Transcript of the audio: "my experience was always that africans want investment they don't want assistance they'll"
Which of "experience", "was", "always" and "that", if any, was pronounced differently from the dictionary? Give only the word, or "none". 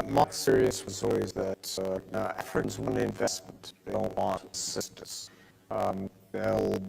experience